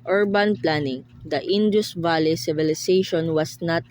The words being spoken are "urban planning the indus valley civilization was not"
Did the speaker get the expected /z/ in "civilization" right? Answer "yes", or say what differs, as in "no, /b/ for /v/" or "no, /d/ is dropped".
no, /s/ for /z/